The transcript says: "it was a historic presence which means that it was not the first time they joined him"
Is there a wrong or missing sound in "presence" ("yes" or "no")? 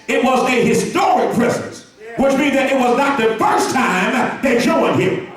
yes